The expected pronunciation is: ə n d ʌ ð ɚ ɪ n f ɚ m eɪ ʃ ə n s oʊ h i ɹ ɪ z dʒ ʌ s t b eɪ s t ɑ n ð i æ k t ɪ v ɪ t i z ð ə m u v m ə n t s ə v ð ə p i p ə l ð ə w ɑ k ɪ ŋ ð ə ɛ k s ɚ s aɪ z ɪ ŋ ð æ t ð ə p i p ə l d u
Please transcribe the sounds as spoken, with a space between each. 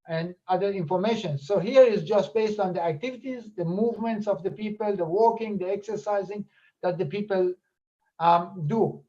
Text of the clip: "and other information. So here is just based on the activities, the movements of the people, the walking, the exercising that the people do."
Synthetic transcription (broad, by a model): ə n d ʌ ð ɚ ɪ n f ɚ m eɪ ʃ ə n s oʊ h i ɹ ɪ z dʒ ʌ s t b eɪ s t ɑ n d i æ k t ɪ v ɪ t i z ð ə m u v m ə n t s ə v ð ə p i p ə l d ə w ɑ k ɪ ŋ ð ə ɛ k s ɚ s aɪ z ɪ ŋ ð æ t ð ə p i p ə l d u